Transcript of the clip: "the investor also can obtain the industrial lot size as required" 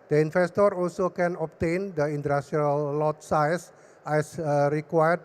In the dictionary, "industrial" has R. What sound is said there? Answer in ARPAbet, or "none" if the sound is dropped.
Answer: none